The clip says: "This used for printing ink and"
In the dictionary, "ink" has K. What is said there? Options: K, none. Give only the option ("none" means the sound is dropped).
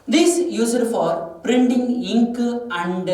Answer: K